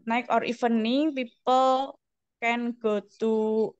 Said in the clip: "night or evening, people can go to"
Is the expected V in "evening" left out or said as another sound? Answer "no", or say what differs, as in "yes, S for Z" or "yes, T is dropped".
yes, F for V